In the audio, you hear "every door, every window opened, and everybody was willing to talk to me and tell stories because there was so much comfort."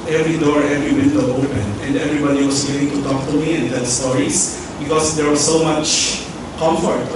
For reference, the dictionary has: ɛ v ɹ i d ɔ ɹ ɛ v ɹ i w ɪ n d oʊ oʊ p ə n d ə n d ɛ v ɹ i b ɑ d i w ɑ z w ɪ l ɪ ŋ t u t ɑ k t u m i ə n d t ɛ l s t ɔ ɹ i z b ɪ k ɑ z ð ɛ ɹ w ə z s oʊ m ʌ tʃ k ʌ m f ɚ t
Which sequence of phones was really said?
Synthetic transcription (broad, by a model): ɛ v ɹ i d ɔ ɹ ɛ v ɹ i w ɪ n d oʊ oʊ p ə n ə n d ɛ v ɹ i b ɑ d i w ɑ s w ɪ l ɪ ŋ t u t ɑ k t u m i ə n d t ɛ l s t ɔ ɹ i s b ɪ k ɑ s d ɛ ɹ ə s oʊ m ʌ tʃ k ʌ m f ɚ t